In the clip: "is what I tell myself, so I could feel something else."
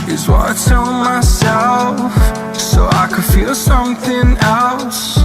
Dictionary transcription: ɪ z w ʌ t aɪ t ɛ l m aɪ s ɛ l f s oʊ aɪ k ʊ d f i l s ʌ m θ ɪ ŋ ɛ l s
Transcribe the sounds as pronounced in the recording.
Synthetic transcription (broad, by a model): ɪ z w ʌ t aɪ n m aɪ s ɛ l f s oʊ aɪ k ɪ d f i l s ʌ m θ ɪ ŋ ɛ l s